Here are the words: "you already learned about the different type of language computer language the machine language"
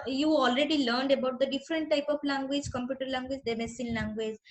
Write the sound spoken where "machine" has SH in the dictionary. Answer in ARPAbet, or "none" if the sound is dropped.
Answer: S